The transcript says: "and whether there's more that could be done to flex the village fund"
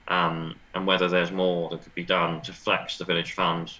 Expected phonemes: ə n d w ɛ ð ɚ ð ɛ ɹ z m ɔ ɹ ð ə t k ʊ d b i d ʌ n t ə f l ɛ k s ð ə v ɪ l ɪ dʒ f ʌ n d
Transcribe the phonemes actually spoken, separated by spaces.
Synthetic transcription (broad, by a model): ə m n w ɛ ð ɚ ð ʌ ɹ z m ɔ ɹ ð ə t k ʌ d b i d ʌ n t ə f l ɛ k s ð ə v ɪ l ɪ dʒ f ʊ n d